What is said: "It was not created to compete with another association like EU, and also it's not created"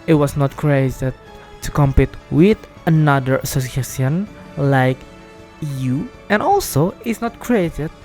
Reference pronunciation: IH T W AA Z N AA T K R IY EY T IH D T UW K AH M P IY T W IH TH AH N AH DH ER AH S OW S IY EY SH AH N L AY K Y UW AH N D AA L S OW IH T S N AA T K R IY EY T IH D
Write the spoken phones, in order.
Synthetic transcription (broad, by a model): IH T W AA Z N AA T K R IY EY T IH D T UW K AH M P IY T W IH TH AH N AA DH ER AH S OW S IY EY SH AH N L AY K Y UW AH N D AA L S OW IH T S N AA T K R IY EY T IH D